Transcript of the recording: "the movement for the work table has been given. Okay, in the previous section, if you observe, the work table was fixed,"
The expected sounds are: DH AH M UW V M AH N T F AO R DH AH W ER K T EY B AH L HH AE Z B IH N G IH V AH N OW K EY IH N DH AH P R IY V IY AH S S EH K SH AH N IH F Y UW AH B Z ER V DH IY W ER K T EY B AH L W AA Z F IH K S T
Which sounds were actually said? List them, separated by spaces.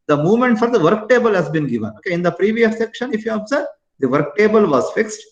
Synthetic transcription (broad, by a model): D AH M UW V M AH N T F AO R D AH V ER K T EY B AH L HH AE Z B IH N G IH V AH N OW K EY IH N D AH P R IY V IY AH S S EH K SH AH N IH F Y UW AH B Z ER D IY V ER K T EY B AH L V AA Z F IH K S T